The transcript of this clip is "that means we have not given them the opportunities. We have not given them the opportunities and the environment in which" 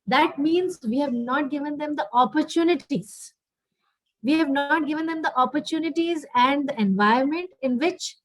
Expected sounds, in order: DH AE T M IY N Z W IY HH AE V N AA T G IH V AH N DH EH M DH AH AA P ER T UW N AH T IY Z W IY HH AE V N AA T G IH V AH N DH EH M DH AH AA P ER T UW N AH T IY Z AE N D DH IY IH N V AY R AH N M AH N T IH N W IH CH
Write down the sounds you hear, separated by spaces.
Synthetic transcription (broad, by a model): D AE T M IY N Z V IY HH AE V N AA T G IH V AH N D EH M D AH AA P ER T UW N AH T IY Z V IY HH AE V N AA T G IH V AH N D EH M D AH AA P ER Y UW N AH T IY Z AE N D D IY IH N V AY AH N M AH N T IH N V IH CH